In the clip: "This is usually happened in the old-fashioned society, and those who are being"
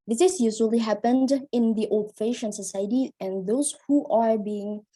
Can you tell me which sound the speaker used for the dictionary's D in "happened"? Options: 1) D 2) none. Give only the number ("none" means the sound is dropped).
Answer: 1